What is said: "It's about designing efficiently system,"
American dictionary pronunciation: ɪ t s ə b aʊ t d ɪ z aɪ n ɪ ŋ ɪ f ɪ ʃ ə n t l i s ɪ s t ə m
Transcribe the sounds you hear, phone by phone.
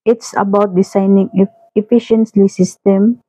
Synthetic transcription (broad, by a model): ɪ t s ə b aʊ t d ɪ s aɪ n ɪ ŋ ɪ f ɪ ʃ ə n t l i s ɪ s t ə m